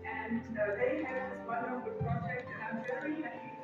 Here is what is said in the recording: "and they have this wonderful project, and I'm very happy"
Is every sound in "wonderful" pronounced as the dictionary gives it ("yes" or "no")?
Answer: no